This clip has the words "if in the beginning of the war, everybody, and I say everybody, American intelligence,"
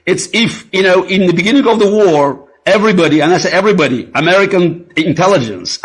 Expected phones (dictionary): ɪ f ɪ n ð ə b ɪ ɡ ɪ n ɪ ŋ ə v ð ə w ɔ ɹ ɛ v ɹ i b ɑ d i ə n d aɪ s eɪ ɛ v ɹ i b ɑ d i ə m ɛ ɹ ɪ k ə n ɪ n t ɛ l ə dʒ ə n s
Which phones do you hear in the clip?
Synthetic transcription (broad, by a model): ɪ f ɪ n ð ə b ɪ ɡ ɪ n ɪ ŋ ə v ð ə w ɔ ɹ ɛ v ɹ i b ɑ d i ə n aɪ s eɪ ɛ v ɹ i b ɑ d i ə m ɛ ɹ ɪ k ə n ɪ n t ɛ l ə dʒ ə n s